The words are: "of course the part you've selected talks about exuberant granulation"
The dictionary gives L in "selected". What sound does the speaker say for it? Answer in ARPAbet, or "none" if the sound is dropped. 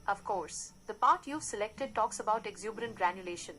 L